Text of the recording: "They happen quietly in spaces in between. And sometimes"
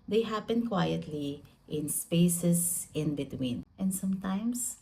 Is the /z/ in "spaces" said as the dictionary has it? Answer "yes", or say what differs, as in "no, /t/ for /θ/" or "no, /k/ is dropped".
no, /s/ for /z/